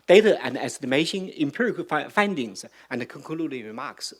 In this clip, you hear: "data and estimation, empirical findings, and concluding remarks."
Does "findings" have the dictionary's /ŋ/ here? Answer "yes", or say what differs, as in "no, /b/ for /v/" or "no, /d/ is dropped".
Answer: yes